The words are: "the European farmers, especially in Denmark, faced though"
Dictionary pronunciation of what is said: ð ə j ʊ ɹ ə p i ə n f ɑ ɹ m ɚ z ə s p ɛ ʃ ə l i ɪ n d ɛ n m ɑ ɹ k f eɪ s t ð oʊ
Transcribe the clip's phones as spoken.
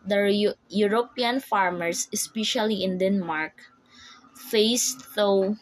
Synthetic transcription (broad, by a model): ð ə j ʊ ɹ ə p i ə n f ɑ ɹ m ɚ s ə s p ɛ ʃ ə l i ɪ n d ɛ n m ɑ ɹ k f eɪ s t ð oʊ